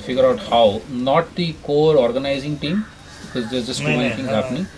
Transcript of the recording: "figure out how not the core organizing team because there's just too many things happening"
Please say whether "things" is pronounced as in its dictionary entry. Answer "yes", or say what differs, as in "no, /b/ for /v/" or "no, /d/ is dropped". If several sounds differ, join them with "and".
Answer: no, /z/ is dropped